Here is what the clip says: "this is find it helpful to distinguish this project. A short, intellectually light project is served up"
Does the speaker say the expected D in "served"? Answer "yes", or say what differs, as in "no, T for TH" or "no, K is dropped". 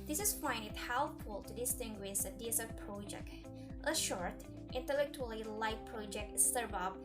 no, D is dropped